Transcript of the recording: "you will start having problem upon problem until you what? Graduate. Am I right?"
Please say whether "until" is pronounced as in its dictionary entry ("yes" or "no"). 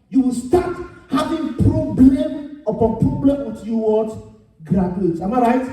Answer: no